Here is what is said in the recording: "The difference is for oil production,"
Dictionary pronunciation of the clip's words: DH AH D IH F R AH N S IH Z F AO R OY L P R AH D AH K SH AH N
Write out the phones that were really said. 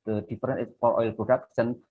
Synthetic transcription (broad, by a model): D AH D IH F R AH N IH S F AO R OY L P R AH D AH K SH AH N